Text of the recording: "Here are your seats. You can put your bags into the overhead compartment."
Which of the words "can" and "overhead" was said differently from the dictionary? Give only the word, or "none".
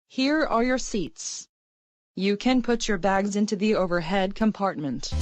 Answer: none